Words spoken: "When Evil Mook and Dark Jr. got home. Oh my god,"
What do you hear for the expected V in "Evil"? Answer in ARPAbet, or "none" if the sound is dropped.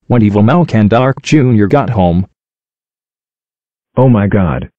V